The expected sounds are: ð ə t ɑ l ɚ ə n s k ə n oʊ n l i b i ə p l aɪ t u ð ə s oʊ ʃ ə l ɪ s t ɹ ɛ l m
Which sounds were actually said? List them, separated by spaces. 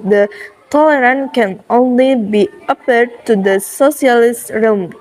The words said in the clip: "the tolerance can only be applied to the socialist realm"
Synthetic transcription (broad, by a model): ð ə t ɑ l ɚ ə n k ə n oʊ n l i b i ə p ʌ t u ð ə s oʊ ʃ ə l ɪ s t ɹ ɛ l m